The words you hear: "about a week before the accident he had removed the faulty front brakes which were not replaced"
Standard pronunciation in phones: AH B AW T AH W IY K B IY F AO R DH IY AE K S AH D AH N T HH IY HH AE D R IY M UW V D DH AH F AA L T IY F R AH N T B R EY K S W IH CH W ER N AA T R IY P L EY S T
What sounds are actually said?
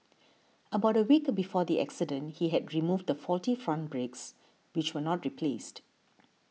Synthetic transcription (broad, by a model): AH B AW T AH W IY K B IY F AO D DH IY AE K S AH D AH N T HH IY HH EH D R IY M UW V D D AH F AA L T IY F R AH N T B R EY K S W IH CH W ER N AA T R IY P L EY S T